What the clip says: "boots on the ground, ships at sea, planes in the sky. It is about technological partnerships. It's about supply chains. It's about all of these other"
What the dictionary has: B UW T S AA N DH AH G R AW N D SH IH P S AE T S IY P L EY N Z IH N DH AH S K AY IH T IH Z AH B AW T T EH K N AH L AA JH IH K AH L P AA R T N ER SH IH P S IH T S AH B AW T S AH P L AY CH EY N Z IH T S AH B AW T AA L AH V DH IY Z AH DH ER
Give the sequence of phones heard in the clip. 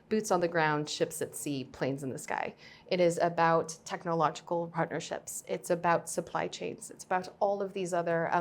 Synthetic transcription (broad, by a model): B UW T S N DH AH G R AW N D SH IH P S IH T S IY P L EY N Z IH N DH AH S K AY IH T IH Z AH B AW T T EH K N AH L AA JH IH K L P AA R T N ER SH IH P S IH T S AH B AW T S AH P L AY CH EY N Z IH T S AH B AW T AA L AH V DH IY Z AH DH ER